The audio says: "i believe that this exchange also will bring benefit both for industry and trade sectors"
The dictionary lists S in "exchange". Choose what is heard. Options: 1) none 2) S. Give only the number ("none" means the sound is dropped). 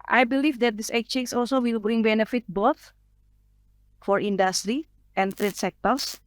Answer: 1